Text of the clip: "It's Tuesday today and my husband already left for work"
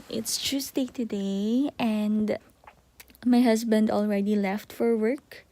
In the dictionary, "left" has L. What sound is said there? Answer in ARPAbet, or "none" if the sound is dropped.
L